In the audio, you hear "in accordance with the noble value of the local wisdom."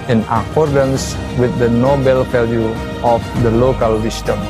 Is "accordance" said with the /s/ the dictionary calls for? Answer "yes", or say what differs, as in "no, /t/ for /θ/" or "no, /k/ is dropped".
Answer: yes